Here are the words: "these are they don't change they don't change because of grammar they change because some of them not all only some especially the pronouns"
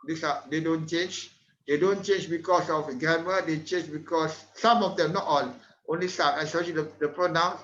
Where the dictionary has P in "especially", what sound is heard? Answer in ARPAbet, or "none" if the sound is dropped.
none